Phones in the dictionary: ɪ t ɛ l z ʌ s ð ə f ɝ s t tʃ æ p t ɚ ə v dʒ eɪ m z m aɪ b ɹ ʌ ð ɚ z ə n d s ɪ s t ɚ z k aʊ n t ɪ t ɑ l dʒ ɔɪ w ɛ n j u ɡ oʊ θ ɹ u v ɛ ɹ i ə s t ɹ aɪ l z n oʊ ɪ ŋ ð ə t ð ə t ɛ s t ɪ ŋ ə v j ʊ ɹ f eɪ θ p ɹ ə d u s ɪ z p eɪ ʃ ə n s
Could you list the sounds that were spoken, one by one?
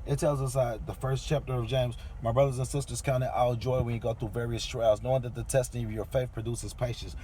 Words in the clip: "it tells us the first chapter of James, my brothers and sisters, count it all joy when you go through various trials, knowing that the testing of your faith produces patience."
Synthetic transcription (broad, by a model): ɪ t ɛ l z ʌ s ð ə f ɝ s tʃ æ p t ɚ ə v dʒ eɪ m z m aɪ b ɹ ʌ ð ɚ z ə n s ɪ s t ɚ z k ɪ n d ɪ t ɑ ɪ dʒ ɔɪ w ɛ n j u ɡ oʊ θ ɹ u v ɛ ɹ i ə s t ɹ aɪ l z n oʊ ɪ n ð ə t ð ə t ɛ s t ɪ ŋ ə v j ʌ ɹ f eɪ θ p ɹ ə d u s ɪ z p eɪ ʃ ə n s